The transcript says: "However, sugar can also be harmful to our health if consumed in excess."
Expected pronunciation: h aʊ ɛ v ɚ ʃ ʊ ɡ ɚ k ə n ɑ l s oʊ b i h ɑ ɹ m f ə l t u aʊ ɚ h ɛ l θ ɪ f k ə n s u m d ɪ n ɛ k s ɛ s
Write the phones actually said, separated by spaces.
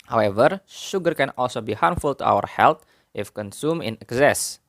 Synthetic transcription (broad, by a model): h aʊ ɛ v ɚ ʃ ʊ ɡ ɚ k ə n ɑ l s oʊ b i h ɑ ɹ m f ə l t u aʊ ɚ h ɛ l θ ɪ f k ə n s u m ɪ n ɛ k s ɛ s